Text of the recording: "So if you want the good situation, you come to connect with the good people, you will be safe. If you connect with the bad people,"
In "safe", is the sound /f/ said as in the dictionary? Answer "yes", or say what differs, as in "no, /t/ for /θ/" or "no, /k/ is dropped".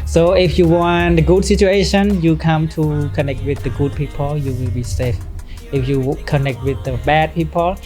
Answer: yes